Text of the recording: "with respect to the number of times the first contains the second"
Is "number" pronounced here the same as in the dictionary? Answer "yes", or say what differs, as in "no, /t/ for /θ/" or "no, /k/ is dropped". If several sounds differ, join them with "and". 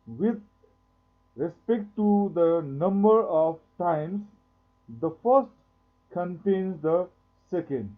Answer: yes